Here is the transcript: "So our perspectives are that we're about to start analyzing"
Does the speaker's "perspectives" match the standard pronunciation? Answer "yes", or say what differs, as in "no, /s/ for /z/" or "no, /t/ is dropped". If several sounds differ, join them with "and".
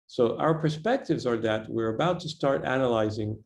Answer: yes